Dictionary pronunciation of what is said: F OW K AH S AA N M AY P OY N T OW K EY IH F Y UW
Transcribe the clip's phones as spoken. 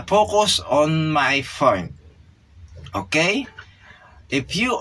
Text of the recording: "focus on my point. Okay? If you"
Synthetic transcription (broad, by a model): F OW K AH S AA N M AY F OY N OW K EY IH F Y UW